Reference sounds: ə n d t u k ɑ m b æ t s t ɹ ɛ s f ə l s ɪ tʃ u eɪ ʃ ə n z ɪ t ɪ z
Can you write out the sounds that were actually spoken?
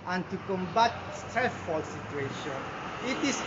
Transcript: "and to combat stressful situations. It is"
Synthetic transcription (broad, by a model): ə n t u k ɑ m b æ t s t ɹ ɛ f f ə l s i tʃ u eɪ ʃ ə n ɪ t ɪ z